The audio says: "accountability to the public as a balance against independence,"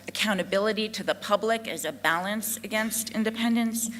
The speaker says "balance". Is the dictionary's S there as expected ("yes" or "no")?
yes